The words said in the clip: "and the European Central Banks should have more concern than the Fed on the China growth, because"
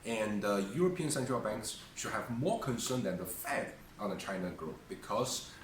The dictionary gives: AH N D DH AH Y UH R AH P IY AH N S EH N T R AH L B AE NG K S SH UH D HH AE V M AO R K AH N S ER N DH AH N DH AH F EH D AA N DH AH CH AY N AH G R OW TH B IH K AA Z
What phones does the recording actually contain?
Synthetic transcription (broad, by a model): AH N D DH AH Y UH R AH P IY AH N S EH N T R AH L B AE NG K S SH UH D HH AE V M AO R K AH N S ER N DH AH N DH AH F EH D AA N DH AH CH AY N AH G R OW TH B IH K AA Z